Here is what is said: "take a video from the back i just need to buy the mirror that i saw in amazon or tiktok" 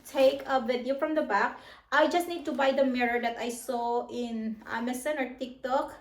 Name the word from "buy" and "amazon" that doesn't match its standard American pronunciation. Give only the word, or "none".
amazon